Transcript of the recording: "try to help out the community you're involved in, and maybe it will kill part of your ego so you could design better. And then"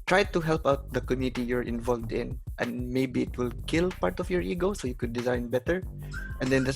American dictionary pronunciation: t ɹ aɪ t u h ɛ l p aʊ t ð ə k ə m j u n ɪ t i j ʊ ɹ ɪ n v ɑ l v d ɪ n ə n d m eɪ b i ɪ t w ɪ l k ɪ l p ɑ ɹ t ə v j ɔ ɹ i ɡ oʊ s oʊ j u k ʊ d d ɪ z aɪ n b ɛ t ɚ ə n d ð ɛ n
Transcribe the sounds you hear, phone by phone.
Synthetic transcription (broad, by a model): t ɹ aɪ t u h ɛ l p aʊ t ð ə k ə m j u n ɪ t i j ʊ ɹ ɪ n v ɑ l v d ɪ n ə n d m eɪ b i ɪ t w ɪ l k ɪ l p ɑ ɹ t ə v j ɔ ɹ i ɡ oʊ s oʊ j u k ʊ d d ɪ z aɪ n b ɛ t ɚ ə n d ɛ n